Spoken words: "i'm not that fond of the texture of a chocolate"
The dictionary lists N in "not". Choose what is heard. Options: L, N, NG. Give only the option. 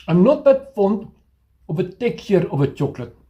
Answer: N